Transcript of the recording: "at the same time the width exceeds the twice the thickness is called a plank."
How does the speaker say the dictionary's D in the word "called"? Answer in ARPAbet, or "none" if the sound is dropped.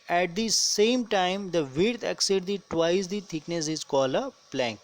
none